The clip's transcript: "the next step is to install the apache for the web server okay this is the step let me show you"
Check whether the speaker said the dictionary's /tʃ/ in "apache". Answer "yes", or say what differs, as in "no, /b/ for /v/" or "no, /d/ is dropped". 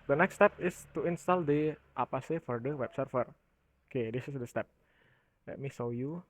no, /s/ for /tʃ/